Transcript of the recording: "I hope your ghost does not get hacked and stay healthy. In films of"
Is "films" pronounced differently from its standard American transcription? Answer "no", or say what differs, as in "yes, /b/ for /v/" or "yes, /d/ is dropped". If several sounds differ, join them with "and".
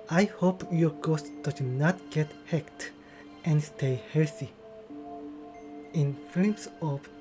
yes, /l/ is dropped